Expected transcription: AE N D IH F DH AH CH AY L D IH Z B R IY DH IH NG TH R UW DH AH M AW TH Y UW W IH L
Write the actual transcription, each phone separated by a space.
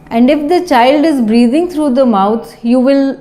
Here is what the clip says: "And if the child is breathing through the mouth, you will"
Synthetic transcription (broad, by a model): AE N D IH F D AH CH AY L D IH Z B R IY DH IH NG T R UW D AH M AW T Y UW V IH L